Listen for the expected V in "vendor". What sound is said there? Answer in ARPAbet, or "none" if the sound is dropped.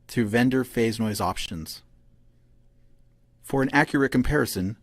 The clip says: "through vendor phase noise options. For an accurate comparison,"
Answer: V